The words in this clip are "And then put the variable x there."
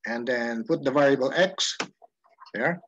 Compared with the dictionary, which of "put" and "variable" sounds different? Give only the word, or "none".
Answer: none